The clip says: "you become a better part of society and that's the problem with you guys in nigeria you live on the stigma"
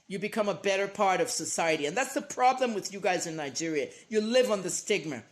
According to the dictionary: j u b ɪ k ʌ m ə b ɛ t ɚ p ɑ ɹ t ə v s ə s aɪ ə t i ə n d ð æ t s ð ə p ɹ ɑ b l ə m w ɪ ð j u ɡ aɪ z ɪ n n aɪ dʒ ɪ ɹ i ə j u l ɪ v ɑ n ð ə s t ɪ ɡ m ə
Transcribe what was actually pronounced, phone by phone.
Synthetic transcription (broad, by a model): j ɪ b ɪ k ʌ m ə b ɛ t ɚ p ɑ ɹ t ə v s ə s aɪ ə t i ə n ð æ t s ð ə p ɹ ɑ b l ə m w ɪ ð j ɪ ɡ aɪ z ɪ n n aɪ dʒ ɪ ɹ i ə j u l ɪ v n ð ə s t ɪ ɡ m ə